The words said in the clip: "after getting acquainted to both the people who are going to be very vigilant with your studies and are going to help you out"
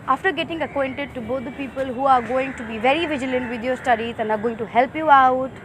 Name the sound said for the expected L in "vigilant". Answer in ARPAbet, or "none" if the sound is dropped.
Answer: L